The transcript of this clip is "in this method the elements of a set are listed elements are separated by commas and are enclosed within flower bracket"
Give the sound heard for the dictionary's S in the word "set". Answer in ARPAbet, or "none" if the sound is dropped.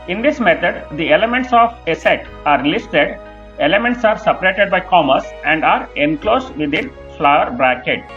S